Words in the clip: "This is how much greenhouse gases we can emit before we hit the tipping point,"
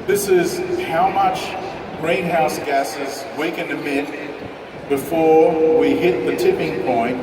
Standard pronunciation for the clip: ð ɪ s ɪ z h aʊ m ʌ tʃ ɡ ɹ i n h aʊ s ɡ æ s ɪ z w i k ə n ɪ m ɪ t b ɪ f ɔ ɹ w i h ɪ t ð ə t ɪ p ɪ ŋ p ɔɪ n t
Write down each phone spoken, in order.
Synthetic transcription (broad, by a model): ð ɪ s ɪ z h aʊ m ʌ tʃ ɡ ɹ i n h aʊ s ɡ æ s ɪ z w i k ə n ɪ m ɪ t b ɪ f ɔ ɹ w i h ɪ t ð ə t ɪ p ɪ ŋ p ɔɪ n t